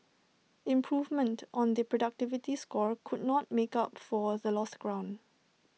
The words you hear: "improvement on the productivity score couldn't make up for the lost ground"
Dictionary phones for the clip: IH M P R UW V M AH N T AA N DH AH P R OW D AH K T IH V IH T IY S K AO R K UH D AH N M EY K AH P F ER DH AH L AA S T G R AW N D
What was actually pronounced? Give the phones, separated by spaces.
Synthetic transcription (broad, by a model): IH M P R UW V M AH N T AA N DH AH P R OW D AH K T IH V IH T IY S K AO R K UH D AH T M EY K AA P F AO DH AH L AA S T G R AW N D